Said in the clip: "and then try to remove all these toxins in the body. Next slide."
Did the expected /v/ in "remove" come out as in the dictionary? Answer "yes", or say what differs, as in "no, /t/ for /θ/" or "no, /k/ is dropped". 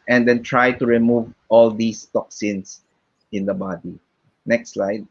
yes